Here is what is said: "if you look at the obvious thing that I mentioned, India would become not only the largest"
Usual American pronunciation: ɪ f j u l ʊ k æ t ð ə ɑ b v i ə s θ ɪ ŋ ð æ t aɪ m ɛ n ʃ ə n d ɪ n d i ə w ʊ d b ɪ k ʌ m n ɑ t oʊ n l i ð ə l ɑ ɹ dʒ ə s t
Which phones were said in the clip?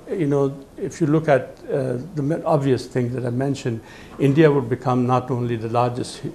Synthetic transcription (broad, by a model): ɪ f j u l ʊ k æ t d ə ɑ b v i ə s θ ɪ ŋ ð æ t aɪ m ɛ n ʃ ə n d ɪ n d i ə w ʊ d b ɪ k ʌ m n ɑ t oʊ n l i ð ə l ɑ ɹ dʒ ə s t